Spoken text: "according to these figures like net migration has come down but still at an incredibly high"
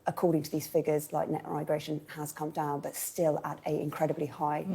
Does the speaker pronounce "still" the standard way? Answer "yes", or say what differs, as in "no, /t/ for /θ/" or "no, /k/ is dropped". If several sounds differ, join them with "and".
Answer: yes